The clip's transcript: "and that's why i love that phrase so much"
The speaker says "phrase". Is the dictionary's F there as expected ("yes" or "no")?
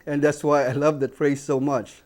no